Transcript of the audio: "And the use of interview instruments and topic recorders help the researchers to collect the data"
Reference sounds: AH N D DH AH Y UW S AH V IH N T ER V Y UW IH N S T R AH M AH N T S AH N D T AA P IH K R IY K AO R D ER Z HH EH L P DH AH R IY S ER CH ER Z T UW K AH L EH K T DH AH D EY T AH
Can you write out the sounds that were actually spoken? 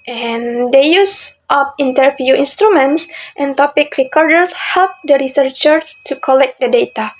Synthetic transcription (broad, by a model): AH N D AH Y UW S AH P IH N T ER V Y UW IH N S T R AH M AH N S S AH N T AA P IH K R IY K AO R D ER S HH EH L P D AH R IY S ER CH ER S T UW K AH L EH K T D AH D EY T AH